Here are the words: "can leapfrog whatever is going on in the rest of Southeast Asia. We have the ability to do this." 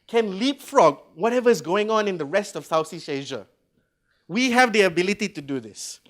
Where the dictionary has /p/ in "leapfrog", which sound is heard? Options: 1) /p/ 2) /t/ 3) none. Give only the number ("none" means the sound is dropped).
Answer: 1